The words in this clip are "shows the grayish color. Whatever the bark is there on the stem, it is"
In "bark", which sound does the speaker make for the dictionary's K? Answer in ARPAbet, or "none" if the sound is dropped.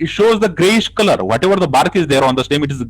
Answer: K